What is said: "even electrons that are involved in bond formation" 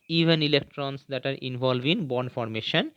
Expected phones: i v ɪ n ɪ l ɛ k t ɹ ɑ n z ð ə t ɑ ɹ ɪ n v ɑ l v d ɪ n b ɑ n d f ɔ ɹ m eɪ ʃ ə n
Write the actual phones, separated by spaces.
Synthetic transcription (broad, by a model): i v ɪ n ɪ l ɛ k t ɹ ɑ n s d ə t ɑ ɹ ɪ n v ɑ l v ɪ n b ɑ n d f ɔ ɹ m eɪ ʃ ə n